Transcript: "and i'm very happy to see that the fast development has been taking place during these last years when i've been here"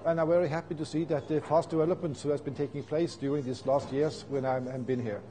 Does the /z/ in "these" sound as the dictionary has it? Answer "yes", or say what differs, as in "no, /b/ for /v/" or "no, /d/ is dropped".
no, /s/ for /z/